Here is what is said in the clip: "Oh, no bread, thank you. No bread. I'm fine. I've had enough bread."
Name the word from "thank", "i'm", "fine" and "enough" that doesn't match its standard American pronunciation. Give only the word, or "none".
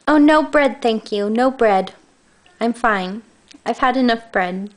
none